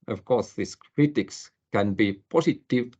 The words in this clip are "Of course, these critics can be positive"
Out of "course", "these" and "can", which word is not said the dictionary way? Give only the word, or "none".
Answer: these